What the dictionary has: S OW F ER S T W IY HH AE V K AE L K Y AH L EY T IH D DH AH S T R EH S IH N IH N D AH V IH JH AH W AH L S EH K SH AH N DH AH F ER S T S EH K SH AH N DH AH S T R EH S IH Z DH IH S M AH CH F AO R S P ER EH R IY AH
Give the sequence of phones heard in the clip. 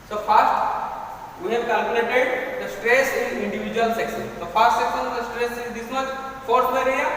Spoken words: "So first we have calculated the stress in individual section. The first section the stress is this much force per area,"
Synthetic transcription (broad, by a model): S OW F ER S T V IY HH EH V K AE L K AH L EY T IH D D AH S T R EH S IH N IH N D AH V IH JH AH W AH L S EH K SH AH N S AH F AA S T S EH K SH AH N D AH S T R EH S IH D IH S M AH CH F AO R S B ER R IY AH